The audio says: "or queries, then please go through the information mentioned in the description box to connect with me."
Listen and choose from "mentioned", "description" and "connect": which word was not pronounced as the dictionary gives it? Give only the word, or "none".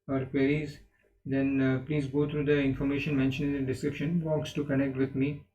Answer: mentioned